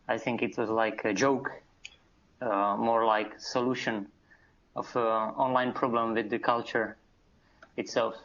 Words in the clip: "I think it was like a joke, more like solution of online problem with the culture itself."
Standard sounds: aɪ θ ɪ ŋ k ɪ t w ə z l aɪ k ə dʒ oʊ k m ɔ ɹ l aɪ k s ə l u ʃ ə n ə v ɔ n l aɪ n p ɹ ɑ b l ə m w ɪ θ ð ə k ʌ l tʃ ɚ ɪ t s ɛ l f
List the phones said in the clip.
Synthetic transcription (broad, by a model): aɪ θ ɪ ŋ k ɪ t w ə z l aɪ k ə dʒ oʊ k m ɔ ɹ l aɪ k s ə l u ʃ ə n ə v ɔ n l aɪ n p ɹ ɑ b l ə m w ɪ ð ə k ʌ l tʃ ɚ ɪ t s ɛ l f